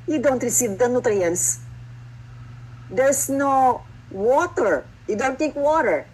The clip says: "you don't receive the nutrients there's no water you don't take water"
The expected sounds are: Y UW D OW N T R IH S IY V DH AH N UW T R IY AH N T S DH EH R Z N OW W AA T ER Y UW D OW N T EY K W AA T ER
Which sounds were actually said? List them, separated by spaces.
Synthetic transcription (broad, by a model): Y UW D OW N T R IH S IY V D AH N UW T R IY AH N S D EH R S N OW W AA T ER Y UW D OW N T EY K W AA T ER